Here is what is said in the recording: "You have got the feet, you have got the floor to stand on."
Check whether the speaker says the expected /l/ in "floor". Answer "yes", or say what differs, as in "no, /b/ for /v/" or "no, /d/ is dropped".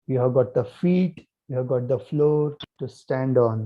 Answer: yes